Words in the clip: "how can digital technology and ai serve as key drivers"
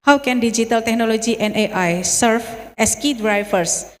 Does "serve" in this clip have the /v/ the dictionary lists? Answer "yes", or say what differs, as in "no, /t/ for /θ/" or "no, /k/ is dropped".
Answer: no, /f/ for /v/